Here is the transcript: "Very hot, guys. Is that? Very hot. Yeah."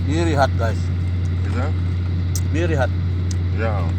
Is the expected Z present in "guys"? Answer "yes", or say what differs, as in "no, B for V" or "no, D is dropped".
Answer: no, S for Z